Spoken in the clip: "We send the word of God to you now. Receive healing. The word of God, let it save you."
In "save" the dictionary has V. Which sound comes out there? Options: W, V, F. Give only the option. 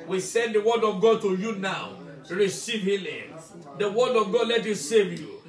V